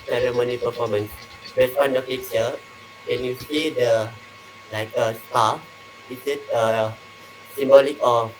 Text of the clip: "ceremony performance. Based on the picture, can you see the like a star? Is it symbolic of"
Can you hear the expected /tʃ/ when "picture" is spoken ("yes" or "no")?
no